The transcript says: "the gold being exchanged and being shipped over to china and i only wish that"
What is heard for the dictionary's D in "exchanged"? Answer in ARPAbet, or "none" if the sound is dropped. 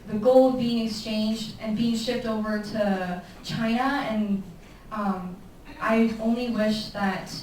D